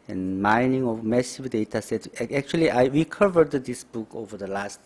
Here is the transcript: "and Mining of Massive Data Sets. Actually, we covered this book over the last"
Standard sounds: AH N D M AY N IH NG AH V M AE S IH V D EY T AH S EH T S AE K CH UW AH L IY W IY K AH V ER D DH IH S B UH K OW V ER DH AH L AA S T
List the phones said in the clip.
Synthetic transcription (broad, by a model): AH N M AY N IH NG AH V M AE S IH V D EY T AH S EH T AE K CH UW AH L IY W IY K AH V ER D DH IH S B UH K OW V ER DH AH L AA S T